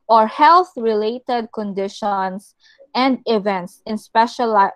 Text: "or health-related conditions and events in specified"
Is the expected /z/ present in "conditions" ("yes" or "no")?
no